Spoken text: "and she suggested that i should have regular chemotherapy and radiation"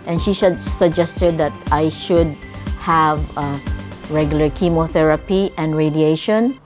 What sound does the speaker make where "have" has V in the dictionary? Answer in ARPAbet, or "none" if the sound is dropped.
V